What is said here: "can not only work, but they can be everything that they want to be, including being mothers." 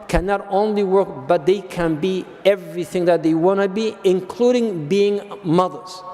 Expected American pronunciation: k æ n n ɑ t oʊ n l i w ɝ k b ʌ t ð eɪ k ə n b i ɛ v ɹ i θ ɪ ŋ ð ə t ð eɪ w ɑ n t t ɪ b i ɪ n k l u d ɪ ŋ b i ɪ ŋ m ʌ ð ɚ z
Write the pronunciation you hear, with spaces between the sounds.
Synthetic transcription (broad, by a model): k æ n n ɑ t oʊ n l i w ɝ k b ʌ t ð eɪ k ə n b i ɛ v ɹ i θ ɪ ŋ ð ə t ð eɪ w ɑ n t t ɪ b i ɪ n k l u d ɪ ŋ b i ɪ ŋ m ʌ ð ɚ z